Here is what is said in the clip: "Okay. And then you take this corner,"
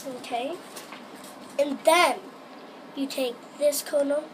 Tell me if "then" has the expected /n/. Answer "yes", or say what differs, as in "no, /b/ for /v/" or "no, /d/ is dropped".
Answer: yes